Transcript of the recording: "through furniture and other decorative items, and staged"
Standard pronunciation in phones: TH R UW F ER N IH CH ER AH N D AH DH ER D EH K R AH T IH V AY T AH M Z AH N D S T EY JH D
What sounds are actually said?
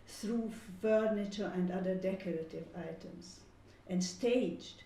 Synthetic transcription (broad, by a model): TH R UW F ER N IH CH ER AH N D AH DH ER D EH K R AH T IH V AY T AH M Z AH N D S T EY JH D